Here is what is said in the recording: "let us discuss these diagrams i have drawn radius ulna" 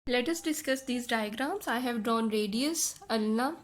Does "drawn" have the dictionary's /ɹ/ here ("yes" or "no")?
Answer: yes